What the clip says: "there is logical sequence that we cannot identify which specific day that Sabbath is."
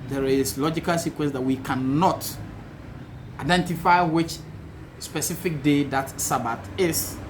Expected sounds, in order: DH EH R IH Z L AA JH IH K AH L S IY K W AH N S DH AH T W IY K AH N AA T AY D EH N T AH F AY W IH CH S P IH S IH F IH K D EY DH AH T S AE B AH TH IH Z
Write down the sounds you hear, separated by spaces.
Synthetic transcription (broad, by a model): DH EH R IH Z L AA JH IH K AH L S IY K W AH N S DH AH T W IY K AH N AA T AY D EH N T AH F AY W IH CH S P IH S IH F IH K D EY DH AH T S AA B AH T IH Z